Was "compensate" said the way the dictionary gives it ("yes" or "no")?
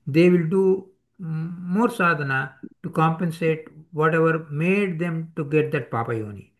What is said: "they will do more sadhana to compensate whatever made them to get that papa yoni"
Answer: yes